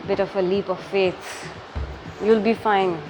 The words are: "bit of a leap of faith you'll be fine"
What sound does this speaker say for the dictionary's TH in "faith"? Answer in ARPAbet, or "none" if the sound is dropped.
S